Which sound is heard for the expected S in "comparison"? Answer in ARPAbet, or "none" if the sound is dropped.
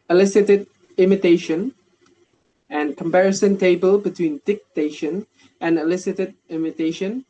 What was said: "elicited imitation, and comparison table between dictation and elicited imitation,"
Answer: S